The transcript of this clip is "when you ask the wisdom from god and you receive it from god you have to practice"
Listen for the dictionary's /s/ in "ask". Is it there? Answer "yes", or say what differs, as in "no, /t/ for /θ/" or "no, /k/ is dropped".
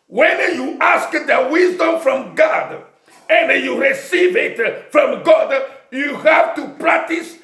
yes